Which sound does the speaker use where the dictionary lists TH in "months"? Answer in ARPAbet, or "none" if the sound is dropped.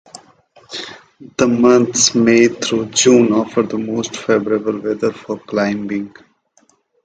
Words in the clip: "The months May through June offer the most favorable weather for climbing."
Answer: T